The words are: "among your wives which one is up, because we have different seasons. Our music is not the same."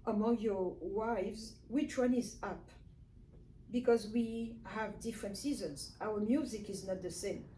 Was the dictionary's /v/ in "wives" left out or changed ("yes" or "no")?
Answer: no